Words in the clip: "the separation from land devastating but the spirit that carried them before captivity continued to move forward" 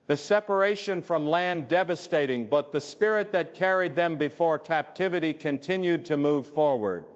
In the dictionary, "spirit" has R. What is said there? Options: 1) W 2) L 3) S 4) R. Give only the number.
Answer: 4